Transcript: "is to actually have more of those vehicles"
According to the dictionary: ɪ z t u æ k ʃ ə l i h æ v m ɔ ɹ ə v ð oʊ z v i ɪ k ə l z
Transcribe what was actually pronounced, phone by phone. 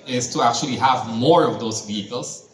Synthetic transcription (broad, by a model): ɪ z t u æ k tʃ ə l i h æ v m ɔ ɹ ə v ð oʊ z v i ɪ k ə l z